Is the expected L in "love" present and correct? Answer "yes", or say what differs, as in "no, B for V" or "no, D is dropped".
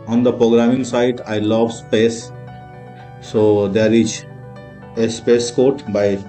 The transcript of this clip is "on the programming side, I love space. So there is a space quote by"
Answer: yes